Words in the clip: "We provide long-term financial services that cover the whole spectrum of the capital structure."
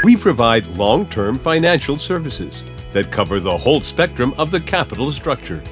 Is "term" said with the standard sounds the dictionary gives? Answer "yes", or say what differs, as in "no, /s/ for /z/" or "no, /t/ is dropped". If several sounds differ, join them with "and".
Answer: yes